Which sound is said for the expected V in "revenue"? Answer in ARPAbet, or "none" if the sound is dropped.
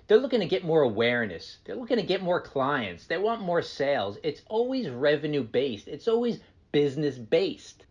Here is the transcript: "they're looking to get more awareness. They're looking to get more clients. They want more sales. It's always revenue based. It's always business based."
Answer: V